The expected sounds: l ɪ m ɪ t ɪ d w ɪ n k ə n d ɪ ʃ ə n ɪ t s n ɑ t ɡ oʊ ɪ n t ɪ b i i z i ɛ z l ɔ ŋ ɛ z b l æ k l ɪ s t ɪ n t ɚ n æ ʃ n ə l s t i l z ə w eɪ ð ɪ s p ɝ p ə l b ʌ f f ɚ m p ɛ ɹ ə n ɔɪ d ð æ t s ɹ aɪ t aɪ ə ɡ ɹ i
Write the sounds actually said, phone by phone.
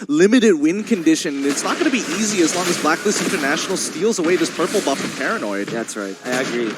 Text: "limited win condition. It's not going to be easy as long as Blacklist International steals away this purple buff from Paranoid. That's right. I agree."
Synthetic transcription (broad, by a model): l ɪ m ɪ t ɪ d w ɪ n k ə n d ɪ ʃ ə n ɪ t s n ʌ t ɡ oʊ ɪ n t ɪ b i i z i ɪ z l ɔ ŋ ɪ z b l æ k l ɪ s ɪ n t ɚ n æ ʃ n l s t i l z ə w eɪ ð ɪ s p ɝ p l b ʌ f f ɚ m p ɛ ɹ ə n ɔɪ d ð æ t s ɹ aɪ t aɪ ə ɡ ɹ i